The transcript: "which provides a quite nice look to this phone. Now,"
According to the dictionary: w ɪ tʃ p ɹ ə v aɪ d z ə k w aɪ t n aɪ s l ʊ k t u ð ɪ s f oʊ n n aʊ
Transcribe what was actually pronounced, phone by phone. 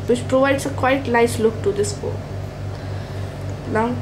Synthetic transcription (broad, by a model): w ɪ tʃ p ɹ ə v aɪ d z ə k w aɪ t l aɪ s l ʊ k t u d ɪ s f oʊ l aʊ